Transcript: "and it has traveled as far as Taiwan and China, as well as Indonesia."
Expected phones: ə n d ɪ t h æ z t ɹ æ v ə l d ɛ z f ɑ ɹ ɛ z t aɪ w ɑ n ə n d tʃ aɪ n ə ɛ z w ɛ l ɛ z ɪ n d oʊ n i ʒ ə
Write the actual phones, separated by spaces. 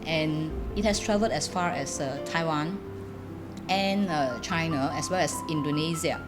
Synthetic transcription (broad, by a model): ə n ɪ t h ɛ s t ɹ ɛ v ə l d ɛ s f ɑ ɹ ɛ s t aɪ w ɑ n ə n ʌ tʃ aɪ n ə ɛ s w ɛ l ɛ s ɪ n d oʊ n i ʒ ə